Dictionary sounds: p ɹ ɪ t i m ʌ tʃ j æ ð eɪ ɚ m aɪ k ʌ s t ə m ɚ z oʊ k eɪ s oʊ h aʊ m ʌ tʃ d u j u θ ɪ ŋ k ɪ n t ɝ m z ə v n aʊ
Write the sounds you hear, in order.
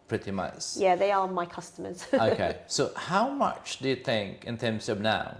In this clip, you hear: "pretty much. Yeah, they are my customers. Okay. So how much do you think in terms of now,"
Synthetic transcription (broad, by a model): p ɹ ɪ t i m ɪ s j æ ð eɪ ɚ m aɪ k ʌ s t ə m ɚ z oʊ k eɪ s oʊ h aʊ m ʌ tʃ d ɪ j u θ ɪ ŋ k ɪ n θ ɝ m s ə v n aʊ